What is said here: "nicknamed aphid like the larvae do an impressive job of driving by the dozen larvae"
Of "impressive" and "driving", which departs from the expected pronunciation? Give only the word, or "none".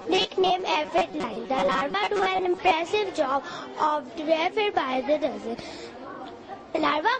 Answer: driving